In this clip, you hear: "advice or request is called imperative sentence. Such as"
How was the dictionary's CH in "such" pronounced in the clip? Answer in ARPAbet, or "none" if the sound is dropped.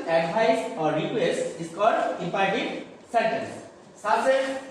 S